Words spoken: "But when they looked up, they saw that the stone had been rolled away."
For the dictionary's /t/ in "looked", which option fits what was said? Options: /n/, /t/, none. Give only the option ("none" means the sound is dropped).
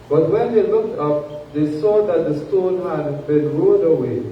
/t/